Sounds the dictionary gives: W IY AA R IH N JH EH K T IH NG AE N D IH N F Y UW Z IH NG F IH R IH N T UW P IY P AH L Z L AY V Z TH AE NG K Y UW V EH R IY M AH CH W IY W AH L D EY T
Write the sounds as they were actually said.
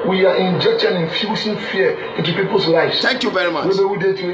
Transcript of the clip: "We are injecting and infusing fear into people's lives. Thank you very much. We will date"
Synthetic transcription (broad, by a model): W IY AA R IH N JH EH K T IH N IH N F Y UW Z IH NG F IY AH IH N T UW P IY P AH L S L AY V S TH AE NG K Y UW V EH R IY M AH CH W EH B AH W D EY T